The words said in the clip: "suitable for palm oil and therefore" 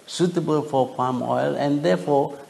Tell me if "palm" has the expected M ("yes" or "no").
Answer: yes